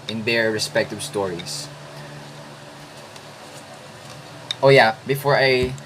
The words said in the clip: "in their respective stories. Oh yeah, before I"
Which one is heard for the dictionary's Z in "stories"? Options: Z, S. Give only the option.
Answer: S